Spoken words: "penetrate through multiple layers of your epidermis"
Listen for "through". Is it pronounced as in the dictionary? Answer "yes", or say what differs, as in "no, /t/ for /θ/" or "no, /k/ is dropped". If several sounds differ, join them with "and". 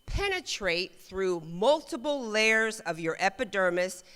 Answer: yes